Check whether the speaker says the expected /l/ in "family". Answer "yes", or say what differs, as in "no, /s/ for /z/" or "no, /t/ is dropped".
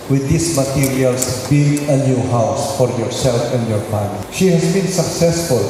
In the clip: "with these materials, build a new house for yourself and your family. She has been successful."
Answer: no, /n/ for /l/